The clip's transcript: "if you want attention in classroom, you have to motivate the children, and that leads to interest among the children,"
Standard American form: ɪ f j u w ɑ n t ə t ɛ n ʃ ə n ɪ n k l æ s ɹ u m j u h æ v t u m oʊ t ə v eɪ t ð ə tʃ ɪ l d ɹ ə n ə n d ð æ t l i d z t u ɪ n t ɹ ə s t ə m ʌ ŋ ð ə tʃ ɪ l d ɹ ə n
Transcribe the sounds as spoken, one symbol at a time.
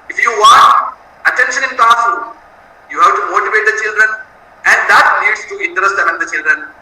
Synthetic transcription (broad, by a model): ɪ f j u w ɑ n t ə t ɛ n ʃ ə n ɪ n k ɑ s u j u h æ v t u m oʊ t ə v eɪ t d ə tʃ ɪ l d ɹ ə n ə n d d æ t n i d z t u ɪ n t ɹ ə s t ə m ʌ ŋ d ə tʃ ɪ l d ɹ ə n